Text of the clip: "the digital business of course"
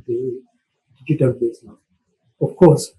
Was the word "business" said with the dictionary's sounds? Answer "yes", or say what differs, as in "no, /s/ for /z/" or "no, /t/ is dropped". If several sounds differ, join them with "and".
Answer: no, /s/ is dropped